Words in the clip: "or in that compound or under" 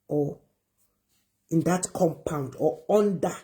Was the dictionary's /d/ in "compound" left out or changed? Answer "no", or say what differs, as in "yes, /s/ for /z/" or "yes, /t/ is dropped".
no